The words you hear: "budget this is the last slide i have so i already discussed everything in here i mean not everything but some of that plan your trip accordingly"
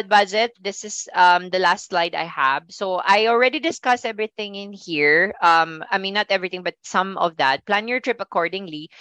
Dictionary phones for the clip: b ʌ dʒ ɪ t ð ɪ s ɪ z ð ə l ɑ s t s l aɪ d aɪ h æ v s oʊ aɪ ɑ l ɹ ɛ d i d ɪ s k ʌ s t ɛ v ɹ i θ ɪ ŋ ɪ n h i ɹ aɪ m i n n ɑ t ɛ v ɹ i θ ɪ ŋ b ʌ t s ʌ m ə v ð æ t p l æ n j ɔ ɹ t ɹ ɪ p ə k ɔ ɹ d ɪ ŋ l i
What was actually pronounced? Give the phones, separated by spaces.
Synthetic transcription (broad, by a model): b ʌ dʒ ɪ t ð ɪ s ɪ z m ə l ɑ s t s l aɪ d aɪ h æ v s oʊ aɪ ɑ l ɹ ɛ d i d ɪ s k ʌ s ɛ v ɹ i θ ɪ ŋ ɪ n h i ɹ aɪ m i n n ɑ t ɛ v ɹ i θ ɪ ŋ b ʌ t s ʌ m ə v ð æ t p l æ n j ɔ ɹ t ɹ ɪ p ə k ɔ ɹ d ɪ ŋ l i